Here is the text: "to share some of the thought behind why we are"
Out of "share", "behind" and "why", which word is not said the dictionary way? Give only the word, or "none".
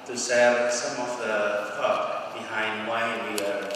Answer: share